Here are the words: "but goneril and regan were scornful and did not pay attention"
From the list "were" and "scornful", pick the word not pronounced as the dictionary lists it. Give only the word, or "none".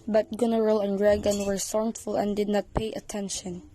scornful